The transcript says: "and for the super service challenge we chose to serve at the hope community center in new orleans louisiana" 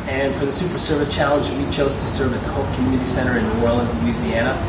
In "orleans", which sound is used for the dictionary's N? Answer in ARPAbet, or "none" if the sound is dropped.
none